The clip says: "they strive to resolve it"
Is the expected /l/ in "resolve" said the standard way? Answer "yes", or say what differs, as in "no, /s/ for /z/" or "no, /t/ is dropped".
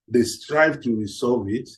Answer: no, /l/ is dropped